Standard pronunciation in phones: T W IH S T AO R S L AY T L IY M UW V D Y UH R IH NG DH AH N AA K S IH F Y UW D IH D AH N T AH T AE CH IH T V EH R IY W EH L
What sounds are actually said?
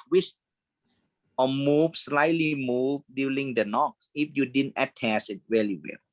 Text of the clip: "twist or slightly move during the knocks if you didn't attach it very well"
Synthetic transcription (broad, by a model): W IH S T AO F S L AY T L IY M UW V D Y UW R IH NG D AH N AA K S IH F Y UW D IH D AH N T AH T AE S IH T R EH L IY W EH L